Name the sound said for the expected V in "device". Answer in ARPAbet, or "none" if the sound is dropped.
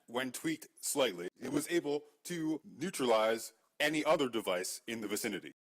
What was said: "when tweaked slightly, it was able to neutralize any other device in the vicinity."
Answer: V